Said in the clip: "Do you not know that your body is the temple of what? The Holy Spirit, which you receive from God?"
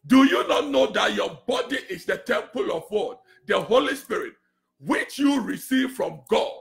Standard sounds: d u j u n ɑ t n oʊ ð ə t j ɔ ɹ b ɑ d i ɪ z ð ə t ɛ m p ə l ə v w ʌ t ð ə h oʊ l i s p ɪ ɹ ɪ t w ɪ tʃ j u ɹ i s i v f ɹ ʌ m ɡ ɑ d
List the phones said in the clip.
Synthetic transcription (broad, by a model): d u j u n ɑ t n oʊ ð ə t j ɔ b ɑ d i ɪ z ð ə t ɛ m p ə l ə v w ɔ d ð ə h oʊ l i s p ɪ ɹ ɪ t w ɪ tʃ j u ɹ i s i v f ɹ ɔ m ɡ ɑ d